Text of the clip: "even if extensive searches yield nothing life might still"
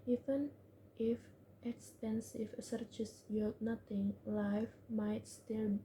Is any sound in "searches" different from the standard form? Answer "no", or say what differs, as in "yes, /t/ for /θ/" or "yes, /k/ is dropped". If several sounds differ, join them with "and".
yes, /s/ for /z/